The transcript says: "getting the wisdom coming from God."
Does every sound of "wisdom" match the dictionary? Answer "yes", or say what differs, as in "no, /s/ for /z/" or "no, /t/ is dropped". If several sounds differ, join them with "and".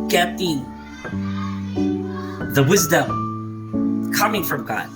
yes